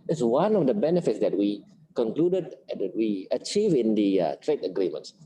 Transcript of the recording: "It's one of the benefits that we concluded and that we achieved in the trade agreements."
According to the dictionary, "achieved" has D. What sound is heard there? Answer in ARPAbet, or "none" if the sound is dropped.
none